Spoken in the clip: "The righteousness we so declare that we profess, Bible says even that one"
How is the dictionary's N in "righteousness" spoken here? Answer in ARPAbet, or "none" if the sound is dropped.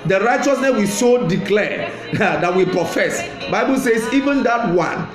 N